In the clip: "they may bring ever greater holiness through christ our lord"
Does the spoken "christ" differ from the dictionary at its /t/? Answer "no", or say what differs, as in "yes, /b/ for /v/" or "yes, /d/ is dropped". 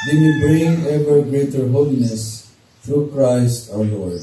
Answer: no